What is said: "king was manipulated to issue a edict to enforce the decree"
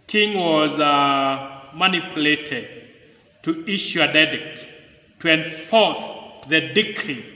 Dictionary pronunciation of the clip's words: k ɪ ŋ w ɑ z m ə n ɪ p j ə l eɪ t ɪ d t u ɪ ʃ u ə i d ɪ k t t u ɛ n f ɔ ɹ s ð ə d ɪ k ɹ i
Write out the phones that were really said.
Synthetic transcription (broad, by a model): k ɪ ŋ w ɑ z m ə n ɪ p j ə l eɪ t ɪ d t u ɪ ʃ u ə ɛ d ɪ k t t u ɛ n f ɔ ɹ s ð ə d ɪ k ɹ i